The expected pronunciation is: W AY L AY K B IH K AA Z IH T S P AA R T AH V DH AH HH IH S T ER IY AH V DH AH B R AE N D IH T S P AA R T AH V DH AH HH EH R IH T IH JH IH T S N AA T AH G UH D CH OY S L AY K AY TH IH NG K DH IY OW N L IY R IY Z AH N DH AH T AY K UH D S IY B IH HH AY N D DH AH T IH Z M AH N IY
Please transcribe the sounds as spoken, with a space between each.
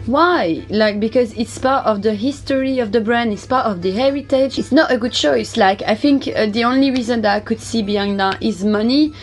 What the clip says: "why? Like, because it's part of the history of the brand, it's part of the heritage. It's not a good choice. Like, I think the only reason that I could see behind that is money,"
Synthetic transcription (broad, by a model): W AY L AY K B IH K AA Z IH T S P AA R T AH V DH AH HH IH S T ER IY AH V DH AH B R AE N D IH T S P AA R T AH V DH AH HH EH R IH T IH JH IH T S N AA T AH G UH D CH OY S L AY K AY TH IH NG K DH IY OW N L IY R IY Z AH N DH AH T AY K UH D S IY B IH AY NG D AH T IH Z M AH N IY